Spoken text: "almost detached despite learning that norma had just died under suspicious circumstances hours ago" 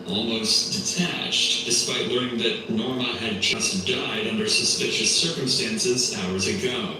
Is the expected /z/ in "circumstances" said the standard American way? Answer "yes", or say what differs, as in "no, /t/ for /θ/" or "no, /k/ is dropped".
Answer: yes